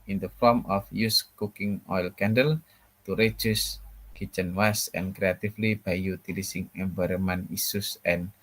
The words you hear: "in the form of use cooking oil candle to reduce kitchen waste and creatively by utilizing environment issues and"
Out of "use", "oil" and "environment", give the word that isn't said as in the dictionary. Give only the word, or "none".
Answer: environment